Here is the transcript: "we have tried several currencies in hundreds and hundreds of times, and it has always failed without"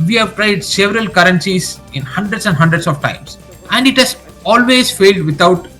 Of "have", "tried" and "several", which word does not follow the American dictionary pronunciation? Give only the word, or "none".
none